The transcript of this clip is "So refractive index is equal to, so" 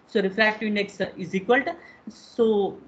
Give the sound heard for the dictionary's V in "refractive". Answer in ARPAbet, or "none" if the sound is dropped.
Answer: none